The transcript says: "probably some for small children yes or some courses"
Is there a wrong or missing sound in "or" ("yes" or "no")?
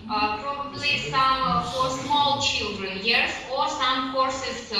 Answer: no